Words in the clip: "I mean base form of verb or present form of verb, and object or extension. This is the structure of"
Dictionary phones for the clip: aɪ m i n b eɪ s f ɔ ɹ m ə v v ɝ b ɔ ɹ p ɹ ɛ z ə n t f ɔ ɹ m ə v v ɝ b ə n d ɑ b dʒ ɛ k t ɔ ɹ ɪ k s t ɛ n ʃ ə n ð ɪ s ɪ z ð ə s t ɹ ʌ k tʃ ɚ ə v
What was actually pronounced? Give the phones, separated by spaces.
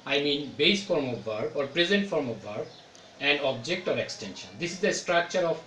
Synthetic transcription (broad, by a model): aɪ m i n b eɪ s f ɔ ɹ m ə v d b ɔ ɹ p ɹ ɛ z ə n t f ɔ ɹ m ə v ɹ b ə n d ɑ b dʒ ɛ k t ɔ ɹ ɪ k s t ɛ n ʃ ə n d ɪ s ɪ z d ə s t ɹ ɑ k tʃ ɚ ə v